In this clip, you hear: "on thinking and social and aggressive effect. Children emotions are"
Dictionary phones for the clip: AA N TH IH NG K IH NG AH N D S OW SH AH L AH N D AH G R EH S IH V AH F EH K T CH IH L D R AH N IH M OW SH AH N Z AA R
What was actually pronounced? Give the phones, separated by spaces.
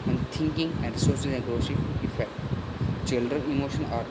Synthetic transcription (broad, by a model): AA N T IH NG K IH NG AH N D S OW S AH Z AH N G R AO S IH AH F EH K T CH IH L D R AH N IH M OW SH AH N AA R